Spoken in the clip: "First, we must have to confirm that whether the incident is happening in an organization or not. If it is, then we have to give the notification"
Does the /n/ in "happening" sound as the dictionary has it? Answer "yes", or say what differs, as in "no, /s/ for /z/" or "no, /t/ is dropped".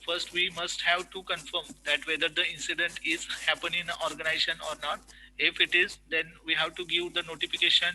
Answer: no, /n/ is dropped